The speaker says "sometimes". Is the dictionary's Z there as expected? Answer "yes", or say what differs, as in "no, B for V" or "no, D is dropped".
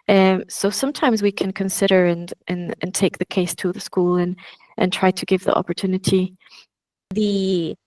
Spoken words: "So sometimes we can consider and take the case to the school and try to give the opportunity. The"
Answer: yes